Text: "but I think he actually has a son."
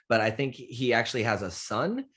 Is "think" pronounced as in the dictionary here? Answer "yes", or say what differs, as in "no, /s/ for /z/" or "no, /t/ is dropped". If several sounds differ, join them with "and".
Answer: yes